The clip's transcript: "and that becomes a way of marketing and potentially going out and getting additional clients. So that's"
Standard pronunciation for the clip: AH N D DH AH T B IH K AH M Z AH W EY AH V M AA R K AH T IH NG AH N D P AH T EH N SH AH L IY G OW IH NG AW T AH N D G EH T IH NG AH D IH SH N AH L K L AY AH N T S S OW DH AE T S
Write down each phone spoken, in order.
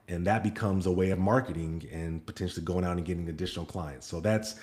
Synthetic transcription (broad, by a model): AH N DH AH T B IH K AH M Z AH W EY AH V M AA R K AH T IH NG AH N P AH T EH N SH L IY G OW IH NG AW T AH N G EH T IH NG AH D IH SH N L K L AY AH N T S S OW DH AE T S